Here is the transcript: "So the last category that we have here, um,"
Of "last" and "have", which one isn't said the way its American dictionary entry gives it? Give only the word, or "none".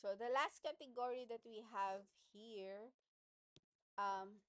none